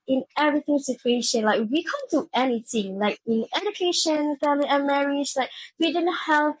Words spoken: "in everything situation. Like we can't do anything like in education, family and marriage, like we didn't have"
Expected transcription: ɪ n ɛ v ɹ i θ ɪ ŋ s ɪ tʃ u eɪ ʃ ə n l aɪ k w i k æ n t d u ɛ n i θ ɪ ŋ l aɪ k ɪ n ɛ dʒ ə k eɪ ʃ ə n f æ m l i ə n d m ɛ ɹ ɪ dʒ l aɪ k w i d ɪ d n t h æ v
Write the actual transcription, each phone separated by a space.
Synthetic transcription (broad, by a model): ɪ n ɛ v ɹ i θ ɪ ŋ s ɪ tʃ u eɪ ʃ ə n l aɪ k w i k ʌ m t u ɛ n i θ ɪ ŋ l aɪ k ɪ n ɛ dʒ ə k eɪ ʃ ə n f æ m l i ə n m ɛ ɹ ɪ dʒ l aɪ k w i d ɪ d n t h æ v